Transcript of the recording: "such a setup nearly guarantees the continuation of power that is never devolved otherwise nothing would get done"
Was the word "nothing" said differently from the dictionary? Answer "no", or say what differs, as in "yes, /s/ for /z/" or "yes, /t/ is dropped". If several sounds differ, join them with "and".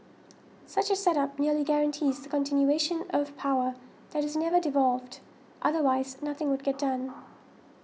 no